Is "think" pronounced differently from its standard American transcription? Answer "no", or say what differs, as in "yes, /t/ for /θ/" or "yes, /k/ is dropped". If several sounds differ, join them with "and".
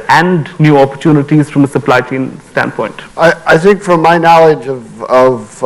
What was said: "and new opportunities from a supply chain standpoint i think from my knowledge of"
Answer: no